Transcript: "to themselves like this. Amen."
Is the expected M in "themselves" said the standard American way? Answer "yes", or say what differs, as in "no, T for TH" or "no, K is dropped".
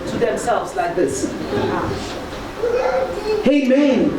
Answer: yes